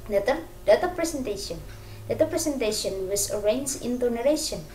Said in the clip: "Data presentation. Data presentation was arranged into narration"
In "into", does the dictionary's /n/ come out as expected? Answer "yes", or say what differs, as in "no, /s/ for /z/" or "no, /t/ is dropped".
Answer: yes